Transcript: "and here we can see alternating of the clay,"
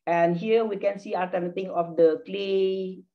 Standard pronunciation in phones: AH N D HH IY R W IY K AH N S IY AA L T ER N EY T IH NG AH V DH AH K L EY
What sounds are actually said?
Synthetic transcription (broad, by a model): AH N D HH IY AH W IY K AH N S IY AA T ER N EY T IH NG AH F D AH K L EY